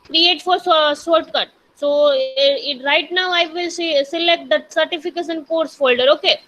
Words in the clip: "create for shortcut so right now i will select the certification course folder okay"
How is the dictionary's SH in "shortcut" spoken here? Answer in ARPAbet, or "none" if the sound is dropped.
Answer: S